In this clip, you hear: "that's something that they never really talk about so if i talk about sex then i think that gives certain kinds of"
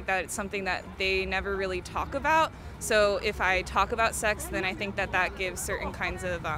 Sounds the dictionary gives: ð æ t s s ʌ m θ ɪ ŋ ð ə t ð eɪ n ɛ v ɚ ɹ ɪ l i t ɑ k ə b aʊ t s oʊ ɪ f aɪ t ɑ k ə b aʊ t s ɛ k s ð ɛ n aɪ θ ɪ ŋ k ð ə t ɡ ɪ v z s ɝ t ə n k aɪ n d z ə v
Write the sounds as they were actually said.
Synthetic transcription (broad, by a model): ð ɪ t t s ʌ m θ ɪ ŋ ð ə t ð eɪ n ɛ v ɚ ɹ ɪ l i t ɑ k ə b aʊ t s oʊ ɪ f aɪ t ɑ k ə b aʊ t s ɛ k s ð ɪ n aɪ θ ɪ ŋ k ð ə t ɡ ɪ v z s ɝ t n k aɪ n d z ə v